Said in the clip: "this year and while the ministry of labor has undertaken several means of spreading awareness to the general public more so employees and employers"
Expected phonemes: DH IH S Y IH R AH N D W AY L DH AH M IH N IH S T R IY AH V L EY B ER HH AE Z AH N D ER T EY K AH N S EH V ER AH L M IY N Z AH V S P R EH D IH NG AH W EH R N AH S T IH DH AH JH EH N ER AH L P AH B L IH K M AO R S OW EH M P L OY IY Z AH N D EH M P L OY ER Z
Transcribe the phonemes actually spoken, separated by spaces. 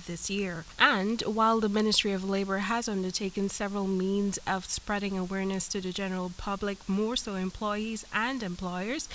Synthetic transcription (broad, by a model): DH IH S Y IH R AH N W AY L DH AH M IH N IH S T R IY AH V L EY B ER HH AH Z AH N D ER T EY K AH N S EH V ER AH L M IY N Z AH V S P R EH D IH NG AH W EH R N AH S T IH DH AH JH EH N ER AH L P AH B L IH K M AO R S OW EH M P L OY IY Z AH N D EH M P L OY ER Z